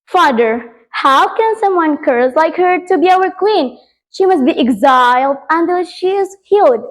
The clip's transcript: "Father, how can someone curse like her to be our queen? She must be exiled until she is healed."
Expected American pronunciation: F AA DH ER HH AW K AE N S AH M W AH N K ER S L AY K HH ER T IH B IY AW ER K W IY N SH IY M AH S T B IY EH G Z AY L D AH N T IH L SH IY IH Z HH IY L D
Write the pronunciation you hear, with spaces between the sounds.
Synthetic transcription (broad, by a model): F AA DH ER HH AW K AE N S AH M W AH N K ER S L AY K HH ER T IH B IY AW ER K W IY N SH IY M AH S T B IY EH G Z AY L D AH N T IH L SH IY IH Z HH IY L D